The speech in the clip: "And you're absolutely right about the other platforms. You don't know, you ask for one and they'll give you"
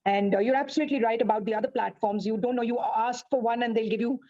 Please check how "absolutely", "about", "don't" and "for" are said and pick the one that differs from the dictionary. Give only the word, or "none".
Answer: none